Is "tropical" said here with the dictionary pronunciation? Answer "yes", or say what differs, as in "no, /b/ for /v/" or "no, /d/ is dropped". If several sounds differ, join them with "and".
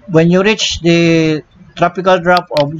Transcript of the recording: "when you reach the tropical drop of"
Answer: yes